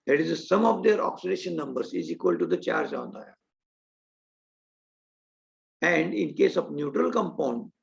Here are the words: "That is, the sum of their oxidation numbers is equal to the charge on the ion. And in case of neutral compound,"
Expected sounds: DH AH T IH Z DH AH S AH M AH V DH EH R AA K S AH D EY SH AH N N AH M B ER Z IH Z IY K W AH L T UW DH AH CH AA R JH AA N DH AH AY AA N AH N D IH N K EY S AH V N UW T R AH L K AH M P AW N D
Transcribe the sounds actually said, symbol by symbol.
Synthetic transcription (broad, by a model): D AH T IH Z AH S AH M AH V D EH R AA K S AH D EY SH AH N N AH M B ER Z IH Z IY K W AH L T UW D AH CH AA R JH AA N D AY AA AH N D IH N K EY S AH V N UW T R AH L K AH M P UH N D